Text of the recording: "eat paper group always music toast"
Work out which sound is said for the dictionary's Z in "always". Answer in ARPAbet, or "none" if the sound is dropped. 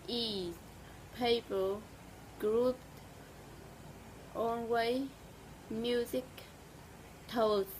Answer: none